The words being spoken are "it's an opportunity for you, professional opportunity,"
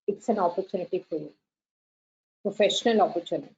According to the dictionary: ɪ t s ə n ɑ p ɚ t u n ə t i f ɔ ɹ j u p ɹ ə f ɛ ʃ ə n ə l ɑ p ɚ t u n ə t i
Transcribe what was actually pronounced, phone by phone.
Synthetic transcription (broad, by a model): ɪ t s ə n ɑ p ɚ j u n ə t i f ɔ ɹ j u p ɹ ə f ɛ ʃ ə n ə l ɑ p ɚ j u n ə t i